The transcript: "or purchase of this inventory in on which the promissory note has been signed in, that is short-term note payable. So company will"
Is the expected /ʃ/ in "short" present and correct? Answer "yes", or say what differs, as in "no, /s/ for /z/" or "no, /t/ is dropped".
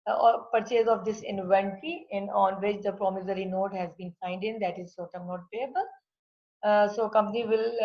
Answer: no, /s/ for /ʃ/